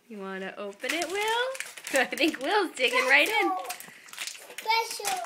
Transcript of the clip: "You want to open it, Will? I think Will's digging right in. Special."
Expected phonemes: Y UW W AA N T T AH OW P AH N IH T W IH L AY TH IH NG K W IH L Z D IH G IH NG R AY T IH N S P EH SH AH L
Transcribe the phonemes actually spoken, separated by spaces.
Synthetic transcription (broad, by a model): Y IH W AA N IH T AH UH P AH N IH T W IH L AY TH IH NG K W IH L Z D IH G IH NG R AY T IH N S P EH SH L